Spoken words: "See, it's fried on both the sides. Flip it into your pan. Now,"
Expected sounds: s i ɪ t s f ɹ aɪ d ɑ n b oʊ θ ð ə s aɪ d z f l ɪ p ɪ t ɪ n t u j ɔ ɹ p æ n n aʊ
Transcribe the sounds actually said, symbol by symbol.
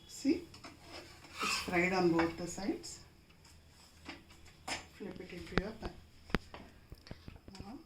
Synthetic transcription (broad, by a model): s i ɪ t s p ɹ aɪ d ɑ n b oʊ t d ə s aɪ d s f l ɪ p ɪ t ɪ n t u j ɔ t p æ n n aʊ